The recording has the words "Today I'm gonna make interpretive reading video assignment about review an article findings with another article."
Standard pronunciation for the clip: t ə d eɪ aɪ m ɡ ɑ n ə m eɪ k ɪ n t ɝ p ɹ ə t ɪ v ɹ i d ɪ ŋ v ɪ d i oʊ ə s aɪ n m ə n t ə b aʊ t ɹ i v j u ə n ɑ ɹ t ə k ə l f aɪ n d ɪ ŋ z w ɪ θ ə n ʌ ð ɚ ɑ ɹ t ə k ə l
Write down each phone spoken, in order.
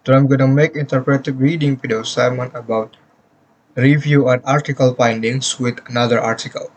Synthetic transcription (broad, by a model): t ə aɪ m ɡ ɑ n ə m eɪ k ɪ n t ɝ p ɹ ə t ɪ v ɹ i d ɪ ŋ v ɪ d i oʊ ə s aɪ m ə n ə b aʊ t ɹ i v j u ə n ɑ ɹ t ə k ə l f aɪ n d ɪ ŋ s w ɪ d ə n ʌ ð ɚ ɑ ɹ t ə k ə l